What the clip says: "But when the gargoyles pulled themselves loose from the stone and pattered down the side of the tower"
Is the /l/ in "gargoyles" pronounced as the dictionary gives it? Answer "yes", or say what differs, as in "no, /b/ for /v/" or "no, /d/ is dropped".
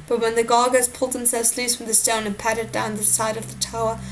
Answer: no, /l/ is dropped